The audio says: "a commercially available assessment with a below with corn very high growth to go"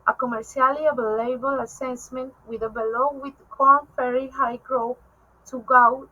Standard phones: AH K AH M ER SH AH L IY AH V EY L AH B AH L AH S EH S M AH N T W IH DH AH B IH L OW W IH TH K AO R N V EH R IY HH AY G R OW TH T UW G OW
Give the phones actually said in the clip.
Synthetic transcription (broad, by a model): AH K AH M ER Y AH L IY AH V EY L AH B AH L AH S EH S M AH N T W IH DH AH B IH L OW W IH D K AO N F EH R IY HH AY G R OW T UW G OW